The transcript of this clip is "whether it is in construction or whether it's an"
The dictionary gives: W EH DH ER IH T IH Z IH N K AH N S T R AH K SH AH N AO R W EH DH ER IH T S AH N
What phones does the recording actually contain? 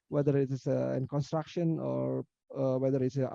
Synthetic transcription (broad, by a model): W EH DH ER IH T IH S IH N K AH N S T R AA K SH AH N AO R W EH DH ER IH T S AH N